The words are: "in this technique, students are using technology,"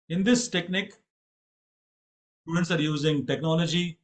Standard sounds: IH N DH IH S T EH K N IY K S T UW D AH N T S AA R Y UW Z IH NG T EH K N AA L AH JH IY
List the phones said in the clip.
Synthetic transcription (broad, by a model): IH N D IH S T EH K N IY K S T UW D AH N T S AA R Y UW Z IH NG T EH K N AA L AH JH IY